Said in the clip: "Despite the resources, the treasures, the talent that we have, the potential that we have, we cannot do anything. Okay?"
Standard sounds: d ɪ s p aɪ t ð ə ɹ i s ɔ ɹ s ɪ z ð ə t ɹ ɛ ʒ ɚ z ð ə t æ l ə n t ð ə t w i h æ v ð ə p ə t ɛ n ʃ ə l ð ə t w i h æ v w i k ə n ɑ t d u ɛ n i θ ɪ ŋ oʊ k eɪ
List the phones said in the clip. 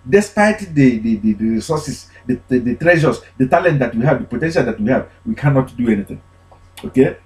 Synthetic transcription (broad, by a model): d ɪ s p aɪ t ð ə ɹ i s ɔ s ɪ s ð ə t ɹ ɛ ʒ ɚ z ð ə t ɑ l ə n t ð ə t w i h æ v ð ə p ə t ɛ n ʃ ə l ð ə t w i h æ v w i k ə n ɑ t d u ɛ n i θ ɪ ŋ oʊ k eɪ